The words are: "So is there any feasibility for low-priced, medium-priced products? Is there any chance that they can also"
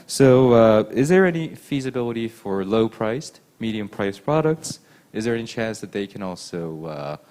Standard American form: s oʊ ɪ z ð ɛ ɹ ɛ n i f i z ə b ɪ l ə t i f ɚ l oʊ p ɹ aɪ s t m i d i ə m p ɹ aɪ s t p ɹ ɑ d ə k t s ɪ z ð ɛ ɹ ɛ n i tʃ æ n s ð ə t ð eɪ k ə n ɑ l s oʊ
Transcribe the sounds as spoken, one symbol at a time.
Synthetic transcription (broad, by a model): s oʊ ɪ z ð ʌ ɹ ɛ n i f i z ə b ɪ l ə t i f ɚ l oʊ p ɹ aɪ s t m i d i ə m p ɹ aɪ s p ɹ ɑ d ə k t s ɪ z ð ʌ ɹ ɛ n i tʃ æ n s ð ə t ð eɪ k ə n ɑ l s oʊ